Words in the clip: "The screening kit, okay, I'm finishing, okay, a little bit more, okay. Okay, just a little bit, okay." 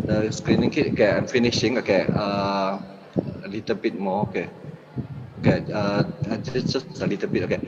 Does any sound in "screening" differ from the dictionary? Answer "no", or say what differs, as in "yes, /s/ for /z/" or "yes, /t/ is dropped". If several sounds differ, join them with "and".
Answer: no